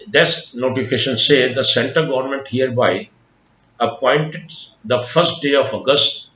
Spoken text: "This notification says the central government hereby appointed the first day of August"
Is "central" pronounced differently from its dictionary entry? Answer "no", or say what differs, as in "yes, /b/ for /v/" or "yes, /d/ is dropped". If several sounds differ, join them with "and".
yes, /ɹ/ is dropped